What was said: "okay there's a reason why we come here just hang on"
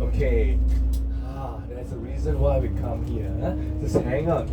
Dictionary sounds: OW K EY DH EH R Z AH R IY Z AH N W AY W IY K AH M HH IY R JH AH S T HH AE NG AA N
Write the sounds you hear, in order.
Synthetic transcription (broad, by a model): OW K EY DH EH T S AH R IY Z AH N W AY W IY K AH M HH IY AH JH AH S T HH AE NG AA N